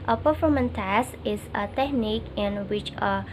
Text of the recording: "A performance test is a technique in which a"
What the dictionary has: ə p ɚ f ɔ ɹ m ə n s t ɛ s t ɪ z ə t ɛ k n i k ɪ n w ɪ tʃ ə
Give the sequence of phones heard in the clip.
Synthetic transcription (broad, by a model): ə p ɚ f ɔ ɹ m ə n t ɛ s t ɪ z ə t ɛ k n i k ɪ n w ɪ tʃ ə